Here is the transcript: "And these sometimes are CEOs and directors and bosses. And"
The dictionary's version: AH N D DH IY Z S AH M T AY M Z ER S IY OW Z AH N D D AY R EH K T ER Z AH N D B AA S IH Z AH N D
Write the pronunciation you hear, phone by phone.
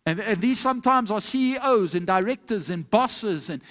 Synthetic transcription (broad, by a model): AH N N DH IY Z S AH M T AY M Z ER S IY OW Z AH N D D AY R EH K T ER Z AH N B AA S IH Z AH N